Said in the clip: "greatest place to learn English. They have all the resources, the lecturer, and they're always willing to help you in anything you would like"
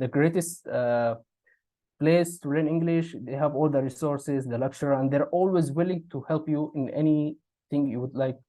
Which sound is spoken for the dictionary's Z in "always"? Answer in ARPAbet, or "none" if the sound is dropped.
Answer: Z